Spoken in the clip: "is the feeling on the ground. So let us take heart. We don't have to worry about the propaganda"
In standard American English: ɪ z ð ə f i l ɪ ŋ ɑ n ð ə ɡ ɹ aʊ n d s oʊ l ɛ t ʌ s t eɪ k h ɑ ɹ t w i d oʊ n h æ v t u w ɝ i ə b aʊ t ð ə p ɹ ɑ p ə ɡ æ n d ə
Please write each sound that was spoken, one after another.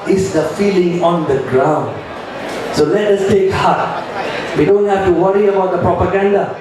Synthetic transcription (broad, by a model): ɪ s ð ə f i l ɪ ŋ ɑ n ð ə ɡ ɹ aʊ n d s oʊ l ɛ t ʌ s t eɪ k h ɑ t w i d oʊ n h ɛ f t u w ɝ i ə b aʊ t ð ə p ɹ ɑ p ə ɡ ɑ n d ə